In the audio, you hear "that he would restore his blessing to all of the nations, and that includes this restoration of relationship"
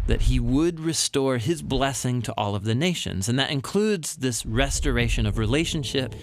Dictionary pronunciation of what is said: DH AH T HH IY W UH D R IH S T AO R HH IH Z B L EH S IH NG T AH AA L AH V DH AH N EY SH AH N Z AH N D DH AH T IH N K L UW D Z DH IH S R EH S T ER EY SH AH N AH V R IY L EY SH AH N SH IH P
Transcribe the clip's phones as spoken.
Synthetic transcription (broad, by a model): DH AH T HH IY W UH D R IH S T AO R IH Z B L EH S IH NG T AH AA L AH V DH AH N EY SH AH N Z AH N DH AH T IH N K L UW D Z DH IH S R EH S T ER EY SH AH N AH V R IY L EY SH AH N SH IH P